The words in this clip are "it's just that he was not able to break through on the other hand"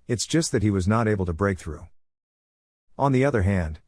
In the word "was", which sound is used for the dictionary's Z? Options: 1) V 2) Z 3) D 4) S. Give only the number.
2